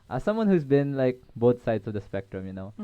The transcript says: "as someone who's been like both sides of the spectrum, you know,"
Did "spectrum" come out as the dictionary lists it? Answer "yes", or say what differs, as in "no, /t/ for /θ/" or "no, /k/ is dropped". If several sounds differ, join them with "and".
yes